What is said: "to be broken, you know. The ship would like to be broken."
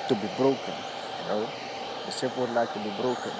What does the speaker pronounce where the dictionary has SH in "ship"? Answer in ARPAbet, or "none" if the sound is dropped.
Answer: S